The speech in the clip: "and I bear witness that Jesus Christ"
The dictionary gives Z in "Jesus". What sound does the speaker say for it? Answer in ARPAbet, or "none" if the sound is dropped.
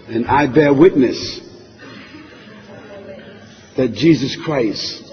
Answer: Z